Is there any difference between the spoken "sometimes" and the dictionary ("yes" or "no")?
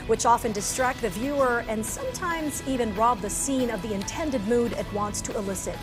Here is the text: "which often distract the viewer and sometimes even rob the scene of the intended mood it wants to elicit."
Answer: no